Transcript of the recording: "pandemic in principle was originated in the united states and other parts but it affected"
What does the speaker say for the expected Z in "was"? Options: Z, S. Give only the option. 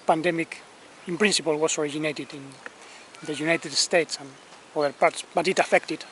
S